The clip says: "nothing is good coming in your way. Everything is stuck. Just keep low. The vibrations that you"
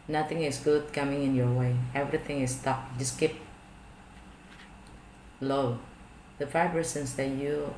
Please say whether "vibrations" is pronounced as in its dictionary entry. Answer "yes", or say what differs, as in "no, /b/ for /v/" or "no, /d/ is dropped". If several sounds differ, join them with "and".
no, /f/ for /v/ and /s/ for /ʃ/